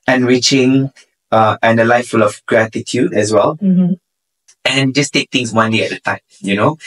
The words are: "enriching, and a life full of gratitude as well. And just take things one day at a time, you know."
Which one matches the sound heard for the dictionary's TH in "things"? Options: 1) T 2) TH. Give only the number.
1